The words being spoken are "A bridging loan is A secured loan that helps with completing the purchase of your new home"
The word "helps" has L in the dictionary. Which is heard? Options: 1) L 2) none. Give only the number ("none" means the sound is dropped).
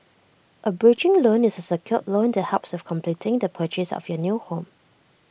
2